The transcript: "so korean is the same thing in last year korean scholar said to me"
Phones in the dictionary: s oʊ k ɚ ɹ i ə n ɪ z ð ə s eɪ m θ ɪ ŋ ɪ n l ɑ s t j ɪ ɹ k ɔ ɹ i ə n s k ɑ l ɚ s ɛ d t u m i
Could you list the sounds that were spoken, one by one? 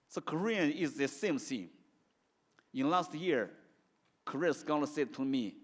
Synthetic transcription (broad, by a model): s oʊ k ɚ ɹ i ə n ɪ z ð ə s eɪ m s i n ɪ n l ɑ s t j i ɹ k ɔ ɹ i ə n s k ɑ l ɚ s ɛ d t u m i